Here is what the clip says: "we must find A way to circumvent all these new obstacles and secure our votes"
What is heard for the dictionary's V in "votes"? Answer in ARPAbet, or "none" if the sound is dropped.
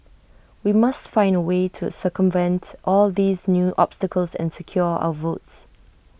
V